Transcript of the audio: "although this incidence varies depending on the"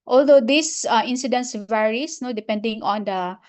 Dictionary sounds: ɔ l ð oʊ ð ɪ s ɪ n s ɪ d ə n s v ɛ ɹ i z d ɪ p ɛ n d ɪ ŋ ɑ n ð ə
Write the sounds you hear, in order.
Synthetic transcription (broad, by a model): ɔ l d oʊ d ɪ s ɪ n s ɪ d ə n s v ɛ ɹ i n d ɪ p ɛ n d ɪ ŋ ɑ n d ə